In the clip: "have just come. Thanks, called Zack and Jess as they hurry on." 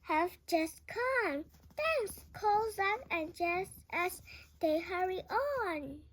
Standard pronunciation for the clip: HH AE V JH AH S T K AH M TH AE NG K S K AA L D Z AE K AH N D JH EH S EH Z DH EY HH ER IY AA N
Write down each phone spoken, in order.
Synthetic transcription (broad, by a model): HH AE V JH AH S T K AH M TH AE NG S K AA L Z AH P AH N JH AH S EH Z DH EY HH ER IY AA N